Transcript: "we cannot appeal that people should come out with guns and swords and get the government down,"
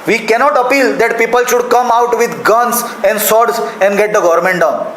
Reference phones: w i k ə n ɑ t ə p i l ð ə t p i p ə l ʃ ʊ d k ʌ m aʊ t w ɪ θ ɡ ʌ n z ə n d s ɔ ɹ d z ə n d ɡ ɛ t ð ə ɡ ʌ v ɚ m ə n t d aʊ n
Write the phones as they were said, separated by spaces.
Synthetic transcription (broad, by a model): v i k ə n ɑ t ə p i l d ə t p i p ə l ʃ ʊ d k ʌ m aʊ t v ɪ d ɡ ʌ n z ə n d s ɔ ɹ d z ə n d ɡ ɛ t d ə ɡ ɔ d m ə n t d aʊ n